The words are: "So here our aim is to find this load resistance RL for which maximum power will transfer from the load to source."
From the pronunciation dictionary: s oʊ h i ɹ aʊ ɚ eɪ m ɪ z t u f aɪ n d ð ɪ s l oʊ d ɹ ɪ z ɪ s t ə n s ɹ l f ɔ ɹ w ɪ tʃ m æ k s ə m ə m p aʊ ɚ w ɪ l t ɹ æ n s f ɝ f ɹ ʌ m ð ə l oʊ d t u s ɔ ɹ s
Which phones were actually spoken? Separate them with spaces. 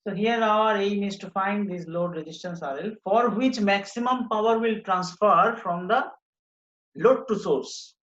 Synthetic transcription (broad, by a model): s oʊ h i ɹ aʊ ɚ eɪ m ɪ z t u f aɪ n d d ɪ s l oʊ d ɹ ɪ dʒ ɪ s t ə n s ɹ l f ɔ ɹ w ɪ tʃ m æ k s ə m ə m p aʊ ɚ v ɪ l t ɹ æ n s f ɝ f ɹ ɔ m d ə l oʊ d t u s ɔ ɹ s